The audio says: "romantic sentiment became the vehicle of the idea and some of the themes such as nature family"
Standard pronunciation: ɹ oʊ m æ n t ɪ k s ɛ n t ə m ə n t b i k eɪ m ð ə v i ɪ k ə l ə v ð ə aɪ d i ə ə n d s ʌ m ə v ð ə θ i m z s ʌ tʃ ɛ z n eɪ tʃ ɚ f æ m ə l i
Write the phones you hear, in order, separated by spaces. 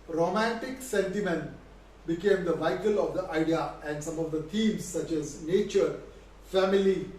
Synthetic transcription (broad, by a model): ɹ oʊ m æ n t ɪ k s ɛ n t ə m ə n t b i k eɪ m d ə v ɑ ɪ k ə l ə v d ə aɪ d i ə ə n d s ʌ m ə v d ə t i m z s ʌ tʃ ɛ z n eɪ tʃ ɚ f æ m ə l i